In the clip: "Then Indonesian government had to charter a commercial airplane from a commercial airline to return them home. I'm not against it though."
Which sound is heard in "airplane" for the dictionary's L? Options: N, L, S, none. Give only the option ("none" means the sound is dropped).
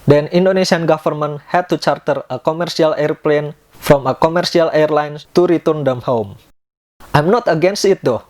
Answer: L